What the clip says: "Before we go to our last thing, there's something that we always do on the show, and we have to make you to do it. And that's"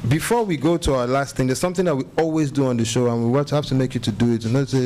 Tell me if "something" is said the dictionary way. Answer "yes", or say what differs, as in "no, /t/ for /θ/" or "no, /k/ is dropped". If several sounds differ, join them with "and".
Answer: yes